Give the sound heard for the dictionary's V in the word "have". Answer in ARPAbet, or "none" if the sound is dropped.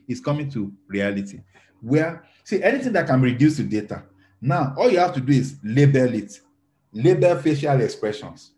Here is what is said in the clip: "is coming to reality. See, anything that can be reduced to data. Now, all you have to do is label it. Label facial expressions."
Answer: F